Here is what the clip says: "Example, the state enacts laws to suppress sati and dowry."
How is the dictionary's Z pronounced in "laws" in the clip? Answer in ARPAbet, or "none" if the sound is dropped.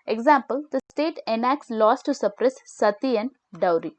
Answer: S